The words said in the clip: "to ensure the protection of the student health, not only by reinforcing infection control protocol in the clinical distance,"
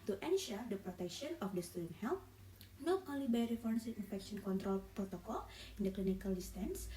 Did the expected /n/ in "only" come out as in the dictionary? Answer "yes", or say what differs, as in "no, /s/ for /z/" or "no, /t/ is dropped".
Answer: no, /n/ is dropped